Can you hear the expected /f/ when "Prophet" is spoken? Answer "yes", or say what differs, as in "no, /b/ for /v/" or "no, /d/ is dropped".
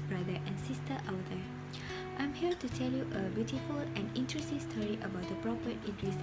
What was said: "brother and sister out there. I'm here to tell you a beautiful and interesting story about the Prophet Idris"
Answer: no, /p/ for /f/